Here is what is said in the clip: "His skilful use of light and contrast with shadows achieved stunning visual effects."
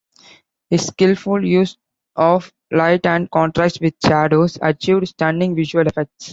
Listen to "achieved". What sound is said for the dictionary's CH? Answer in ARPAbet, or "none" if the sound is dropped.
CH